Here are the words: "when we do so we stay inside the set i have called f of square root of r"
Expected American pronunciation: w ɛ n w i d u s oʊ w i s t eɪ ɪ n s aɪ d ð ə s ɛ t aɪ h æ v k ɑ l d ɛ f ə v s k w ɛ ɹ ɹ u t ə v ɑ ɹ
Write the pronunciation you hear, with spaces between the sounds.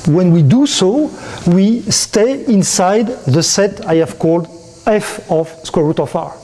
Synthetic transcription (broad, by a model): w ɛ n w i d u s oʊ w i s t eɪ ɪ n s aɪ d ð ə s ɛ t aɪ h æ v k ɑ l d ɛ f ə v s k w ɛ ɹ ɹ u t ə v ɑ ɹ